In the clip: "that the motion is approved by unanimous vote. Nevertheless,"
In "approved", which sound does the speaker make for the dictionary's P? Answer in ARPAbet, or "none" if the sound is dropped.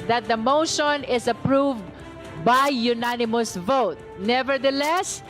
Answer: P